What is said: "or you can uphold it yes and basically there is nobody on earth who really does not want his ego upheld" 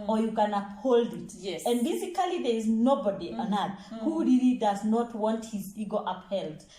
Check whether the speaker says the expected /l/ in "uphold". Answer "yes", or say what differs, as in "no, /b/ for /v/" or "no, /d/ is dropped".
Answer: yes